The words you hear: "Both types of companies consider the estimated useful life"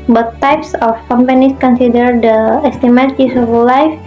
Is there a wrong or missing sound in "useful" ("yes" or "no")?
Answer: yes